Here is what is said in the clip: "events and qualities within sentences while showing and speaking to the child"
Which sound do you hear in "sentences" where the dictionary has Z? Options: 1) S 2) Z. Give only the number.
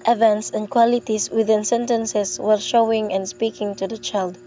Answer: 1